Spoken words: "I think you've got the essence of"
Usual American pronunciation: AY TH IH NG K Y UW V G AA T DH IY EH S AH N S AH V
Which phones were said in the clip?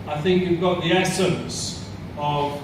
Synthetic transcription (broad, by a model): AY TH IH NG K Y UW V G AA T DH IY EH S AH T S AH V